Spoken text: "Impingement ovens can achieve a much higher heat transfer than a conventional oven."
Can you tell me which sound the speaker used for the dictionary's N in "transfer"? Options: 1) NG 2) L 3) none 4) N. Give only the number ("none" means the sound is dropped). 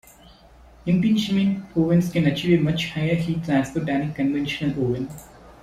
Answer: 3